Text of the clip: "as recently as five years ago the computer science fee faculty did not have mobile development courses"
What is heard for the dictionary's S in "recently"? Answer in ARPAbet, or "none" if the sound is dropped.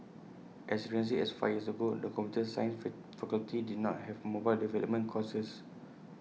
none